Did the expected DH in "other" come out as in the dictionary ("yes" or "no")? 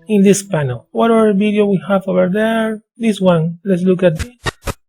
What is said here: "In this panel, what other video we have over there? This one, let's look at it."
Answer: no